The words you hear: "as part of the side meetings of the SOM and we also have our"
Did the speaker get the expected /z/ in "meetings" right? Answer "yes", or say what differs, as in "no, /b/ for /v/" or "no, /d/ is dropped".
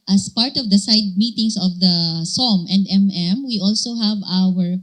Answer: no, /s/ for /z/